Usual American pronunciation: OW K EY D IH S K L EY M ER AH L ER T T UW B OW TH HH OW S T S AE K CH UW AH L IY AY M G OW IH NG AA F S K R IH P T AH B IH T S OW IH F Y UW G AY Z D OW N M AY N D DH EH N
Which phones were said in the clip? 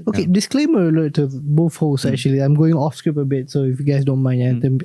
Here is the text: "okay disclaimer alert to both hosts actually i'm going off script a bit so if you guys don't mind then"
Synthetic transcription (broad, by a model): OW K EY D IH S K L EY M ER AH L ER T T UW B OW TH HH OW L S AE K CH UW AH L IY AY M G OW IH NG AA F S K R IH P AH B IH T S OW IH F Y UW G AY S D OW N M AY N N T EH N